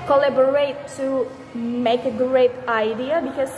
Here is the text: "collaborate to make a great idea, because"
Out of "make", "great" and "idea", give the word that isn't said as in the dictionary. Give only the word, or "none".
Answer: none